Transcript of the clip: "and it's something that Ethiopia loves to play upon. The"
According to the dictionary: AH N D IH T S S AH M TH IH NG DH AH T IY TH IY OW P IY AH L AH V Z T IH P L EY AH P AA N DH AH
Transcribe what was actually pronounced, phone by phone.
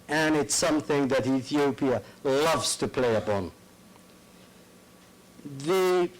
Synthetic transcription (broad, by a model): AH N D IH T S S AH M TH IH NG DH AH T IY TH IY OW P IY AH L AH V Z T IH P L EY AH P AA N DH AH